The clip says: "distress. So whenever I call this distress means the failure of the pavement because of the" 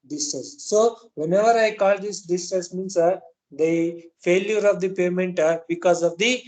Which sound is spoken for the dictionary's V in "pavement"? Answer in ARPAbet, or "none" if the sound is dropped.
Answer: none